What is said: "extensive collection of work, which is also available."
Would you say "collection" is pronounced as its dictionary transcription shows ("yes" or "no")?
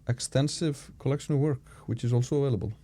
yes